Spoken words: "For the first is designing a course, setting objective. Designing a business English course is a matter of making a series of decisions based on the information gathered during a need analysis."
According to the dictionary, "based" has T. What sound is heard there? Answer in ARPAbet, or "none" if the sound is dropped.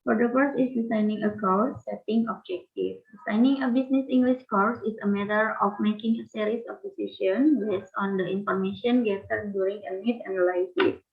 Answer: none